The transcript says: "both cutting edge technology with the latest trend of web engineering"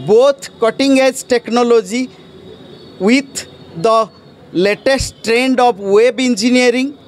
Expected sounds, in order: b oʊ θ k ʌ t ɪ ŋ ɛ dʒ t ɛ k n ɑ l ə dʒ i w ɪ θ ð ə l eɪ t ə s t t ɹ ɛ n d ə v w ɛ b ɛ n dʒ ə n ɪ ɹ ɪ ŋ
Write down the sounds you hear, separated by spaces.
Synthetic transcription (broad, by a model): b oʊ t k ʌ t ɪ ŋ ɛ dʒ t ɛ k n ɑ l ə dʒ i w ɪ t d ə l eɪ t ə s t t ɹ ɛ n d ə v w ɛ b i n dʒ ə n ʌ ɹ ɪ ŋ